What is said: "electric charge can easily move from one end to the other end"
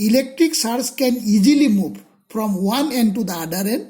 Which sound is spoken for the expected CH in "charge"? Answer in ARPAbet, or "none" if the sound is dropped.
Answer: S